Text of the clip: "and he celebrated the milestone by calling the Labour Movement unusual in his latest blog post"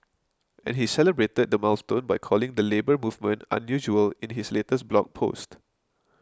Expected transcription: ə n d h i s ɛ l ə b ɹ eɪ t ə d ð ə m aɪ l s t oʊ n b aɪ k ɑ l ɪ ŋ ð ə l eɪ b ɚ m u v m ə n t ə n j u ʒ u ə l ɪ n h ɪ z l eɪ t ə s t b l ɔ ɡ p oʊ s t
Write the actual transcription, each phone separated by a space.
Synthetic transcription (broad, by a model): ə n h i s ɛ l ə b ɹ eɪ t ə d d ə m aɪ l s t oʊ n b aɪ k ɑ l ɪ ŋ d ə l eɪ b ɚ m u v m ə n t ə n j u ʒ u ə l ɪ n h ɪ s l eɪ t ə s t b l ɔ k p oʊ s t